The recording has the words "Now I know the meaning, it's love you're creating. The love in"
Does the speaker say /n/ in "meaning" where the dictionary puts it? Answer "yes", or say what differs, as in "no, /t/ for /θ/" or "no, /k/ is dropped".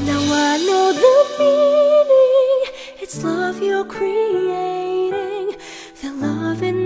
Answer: no, /l/ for /n/